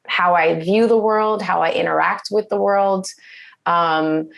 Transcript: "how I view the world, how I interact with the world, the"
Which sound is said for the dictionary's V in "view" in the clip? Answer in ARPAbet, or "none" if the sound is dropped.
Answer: V